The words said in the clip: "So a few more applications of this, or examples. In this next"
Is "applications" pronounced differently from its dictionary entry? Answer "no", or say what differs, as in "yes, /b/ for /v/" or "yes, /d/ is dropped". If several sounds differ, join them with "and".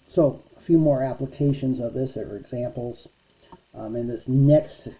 no